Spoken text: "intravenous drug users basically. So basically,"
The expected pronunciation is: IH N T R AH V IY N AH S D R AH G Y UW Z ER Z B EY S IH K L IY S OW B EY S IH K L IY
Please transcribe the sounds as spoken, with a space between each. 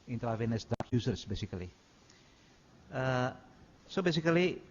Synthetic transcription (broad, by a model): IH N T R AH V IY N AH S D AA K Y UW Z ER S B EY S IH K L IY S OW B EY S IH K L IY